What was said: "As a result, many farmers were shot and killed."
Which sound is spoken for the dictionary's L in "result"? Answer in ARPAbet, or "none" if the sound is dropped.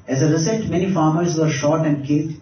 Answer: none